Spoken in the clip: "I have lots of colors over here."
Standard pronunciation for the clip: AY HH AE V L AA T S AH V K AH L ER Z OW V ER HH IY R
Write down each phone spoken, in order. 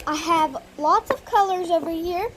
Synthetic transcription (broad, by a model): AY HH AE V L AA T S AH V K AH L ER Z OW V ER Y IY R